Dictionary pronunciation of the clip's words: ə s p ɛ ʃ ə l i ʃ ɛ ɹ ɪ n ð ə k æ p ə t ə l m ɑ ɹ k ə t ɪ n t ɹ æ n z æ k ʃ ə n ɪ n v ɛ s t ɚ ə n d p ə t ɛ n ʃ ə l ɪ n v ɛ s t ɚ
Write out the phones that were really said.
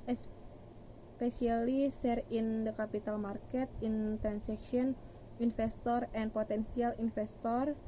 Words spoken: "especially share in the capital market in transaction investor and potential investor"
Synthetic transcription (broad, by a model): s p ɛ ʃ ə l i s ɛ ɹ ɪ n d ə k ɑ p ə t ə l m ɑ ɹ k ə t ɪ n t ɹ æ n s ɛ k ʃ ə n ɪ n f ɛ s t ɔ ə n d p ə t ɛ n s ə l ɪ n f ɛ s t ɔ